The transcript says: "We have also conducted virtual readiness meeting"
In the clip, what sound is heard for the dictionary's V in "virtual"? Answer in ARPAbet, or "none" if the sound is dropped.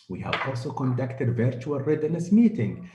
V